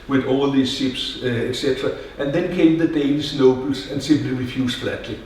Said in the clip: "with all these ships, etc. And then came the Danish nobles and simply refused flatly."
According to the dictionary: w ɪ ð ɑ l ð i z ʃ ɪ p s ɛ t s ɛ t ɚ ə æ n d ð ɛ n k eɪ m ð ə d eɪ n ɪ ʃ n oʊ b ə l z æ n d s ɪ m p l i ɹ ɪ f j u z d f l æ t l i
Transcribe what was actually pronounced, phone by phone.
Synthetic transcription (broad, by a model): w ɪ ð ɑ l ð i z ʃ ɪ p s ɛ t s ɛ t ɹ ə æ n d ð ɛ n k eɪ m ð ə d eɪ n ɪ s n oʊ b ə l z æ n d s ɪ m p l i ɹ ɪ f j u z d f l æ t l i